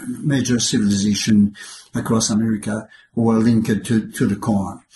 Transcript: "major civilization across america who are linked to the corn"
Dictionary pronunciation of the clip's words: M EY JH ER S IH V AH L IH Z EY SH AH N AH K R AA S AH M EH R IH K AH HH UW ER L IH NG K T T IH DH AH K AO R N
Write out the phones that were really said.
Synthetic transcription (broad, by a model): M EY JH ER S IH V AH L IH Z EY SH AH N AH K R AA S AH M EH R IH K AH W ER L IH NG K T T IH DH AH K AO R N